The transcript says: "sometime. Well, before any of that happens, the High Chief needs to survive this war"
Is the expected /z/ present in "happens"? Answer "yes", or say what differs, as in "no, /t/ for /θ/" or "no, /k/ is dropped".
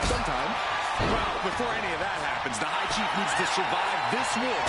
yes